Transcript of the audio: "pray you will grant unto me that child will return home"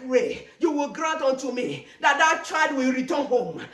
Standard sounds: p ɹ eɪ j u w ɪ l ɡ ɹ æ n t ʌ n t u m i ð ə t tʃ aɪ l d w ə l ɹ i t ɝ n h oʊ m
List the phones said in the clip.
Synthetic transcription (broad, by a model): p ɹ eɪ j u w ɪ l ɡ ɹ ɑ n t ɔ n t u m i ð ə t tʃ aɪ d w ə l ɹ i t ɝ n h oʊ m